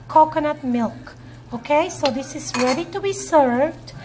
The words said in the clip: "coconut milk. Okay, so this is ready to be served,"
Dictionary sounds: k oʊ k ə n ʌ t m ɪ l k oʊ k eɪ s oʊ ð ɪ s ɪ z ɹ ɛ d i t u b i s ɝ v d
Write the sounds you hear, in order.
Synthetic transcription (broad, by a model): k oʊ k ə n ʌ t m ɪ l k oʊ k eɪ s oʊ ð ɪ s ɪ z ɹ ɛ d i t u b i s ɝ v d